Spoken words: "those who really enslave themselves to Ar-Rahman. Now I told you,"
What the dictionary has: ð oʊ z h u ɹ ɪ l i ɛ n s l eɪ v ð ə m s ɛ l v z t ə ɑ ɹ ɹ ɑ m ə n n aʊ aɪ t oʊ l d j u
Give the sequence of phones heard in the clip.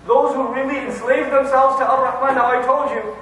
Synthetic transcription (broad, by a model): ð oʊ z h u ɹ ɪ l i ɛ n s l eɪ v ð ə m s ɛ l v z t ə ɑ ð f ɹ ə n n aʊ aɪ t oʊ l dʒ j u